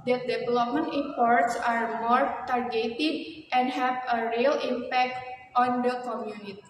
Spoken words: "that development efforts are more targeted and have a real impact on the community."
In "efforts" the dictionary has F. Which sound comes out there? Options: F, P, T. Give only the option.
P